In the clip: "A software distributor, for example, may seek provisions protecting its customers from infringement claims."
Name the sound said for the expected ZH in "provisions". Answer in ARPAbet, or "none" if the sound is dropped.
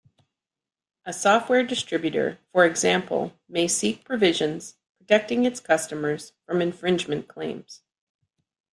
ZH